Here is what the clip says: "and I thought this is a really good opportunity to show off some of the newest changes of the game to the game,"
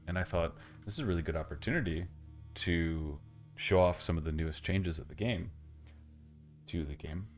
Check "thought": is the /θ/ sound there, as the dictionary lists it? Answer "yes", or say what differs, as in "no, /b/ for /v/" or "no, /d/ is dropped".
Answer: yes